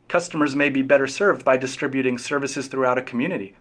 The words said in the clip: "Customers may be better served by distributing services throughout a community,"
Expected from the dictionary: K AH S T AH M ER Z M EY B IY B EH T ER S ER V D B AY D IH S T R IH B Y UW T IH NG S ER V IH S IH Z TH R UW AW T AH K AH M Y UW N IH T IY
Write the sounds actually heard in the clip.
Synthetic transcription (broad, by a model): K AH S T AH M ER Z M EY B IY B EH T ER S ER V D B AY D IH S T R IH B Y UW T IH NG S ER V IH S IH Z TH R UW AW T AH K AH M Y UW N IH T IY